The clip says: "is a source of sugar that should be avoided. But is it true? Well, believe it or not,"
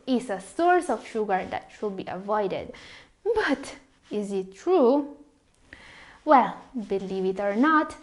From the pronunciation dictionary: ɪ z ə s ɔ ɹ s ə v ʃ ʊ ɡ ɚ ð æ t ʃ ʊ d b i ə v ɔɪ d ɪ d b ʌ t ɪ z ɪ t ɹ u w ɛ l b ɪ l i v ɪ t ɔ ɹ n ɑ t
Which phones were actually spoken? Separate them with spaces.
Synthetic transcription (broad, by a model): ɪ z ə s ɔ ɹ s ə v ʃ ʊ ɡ ɚ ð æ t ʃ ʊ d b i ə v ɔɪ d ɪ d b ʌ t ɪ z ɪ t ɹ u w ɛ l b ɪ l i v ɪ t ɔ ɹ n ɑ t